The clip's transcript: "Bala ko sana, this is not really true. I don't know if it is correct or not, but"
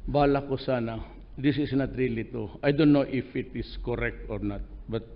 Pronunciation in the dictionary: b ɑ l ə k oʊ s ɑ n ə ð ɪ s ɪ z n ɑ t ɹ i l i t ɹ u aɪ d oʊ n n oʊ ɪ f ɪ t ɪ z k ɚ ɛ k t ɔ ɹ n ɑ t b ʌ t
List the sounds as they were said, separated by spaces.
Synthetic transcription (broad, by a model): b ɑ l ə k oʊ s ɑ n ə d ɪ s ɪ s n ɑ t ɹ i l i t ɔ aɪ d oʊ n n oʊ ɪ f ɪ t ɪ s k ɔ ɛ k t ɔ ɹ n ɑ t b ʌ t